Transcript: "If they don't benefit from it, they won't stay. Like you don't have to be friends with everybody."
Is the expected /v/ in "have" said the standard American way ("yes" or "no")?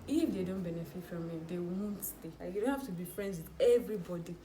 no